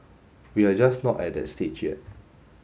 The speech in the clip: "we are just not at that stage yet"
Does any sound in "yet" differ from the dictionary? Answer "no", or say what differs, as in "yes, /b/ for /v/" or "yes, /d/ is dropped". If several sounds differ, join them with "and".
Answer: yes, /t/ is dropped